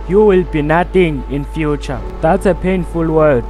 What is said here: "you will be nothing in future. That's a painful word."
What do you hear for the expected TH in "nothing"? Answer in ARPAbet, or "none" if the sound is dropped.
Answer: T